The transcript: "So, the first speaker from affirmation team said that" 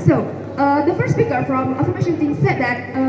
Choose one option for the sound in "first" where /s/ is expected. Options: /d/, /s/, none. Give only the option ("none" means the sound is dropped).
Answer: none